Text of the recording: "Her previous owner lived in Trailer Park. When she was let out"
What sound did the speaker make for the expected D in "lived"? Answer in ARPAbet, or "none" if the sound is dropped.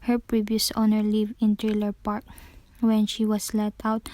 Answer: none